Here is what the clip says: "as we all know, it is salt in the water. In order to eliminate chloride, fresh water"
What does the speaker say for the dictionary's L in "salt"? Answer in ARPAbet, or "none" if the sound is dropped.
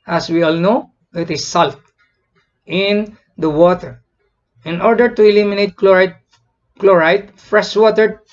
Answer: L